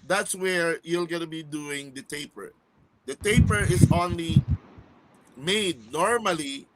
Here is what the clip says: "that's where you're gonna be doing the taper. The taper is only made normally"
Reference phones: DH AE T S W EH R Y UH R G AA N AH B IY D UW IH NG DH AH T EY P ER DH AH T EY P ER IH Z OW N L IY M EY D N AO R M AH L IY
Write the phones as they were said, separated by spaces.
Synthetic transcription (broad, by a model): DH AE T S W EH R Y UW L G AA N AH B IY D UW IH NG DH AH T EY P ER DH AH T EY P ER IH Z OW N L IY M EY D N AO R M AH L IY